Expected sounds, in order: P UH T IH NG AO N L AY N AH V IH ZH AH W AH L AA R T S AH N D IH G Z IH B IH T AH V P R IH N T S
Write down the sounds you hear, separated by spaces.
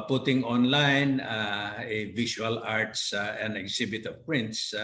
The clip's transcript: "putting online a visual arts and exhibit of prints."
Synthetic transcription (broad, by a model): P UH T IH NG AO N L AY N AH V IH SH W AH L AA R T S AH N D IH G S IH B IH T AH V P R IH N T S